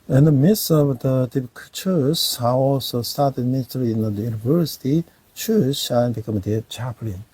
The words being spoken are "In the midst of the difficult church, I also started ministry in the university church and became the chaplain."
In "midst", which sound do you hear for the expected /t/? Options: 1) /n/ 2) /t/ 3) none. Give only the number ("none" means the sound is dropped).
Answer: 3